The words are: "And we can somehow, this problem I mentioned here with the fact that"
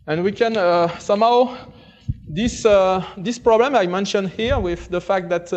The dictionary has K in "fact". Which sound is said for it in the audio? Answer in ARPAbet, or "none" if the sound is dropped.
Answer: K